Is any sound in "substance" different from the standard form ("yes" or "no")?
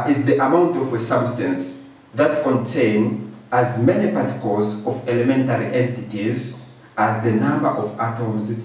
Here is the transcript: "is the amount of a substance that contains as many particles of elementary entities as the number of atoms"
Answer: no